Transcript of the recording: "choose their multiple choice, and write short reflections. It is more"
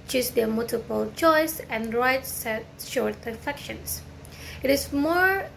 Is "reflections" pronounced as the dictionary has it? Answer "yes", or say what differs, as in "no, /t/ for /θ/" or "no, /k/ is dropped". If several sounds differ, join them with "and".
no, /l/ is dropped and /s/ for /z/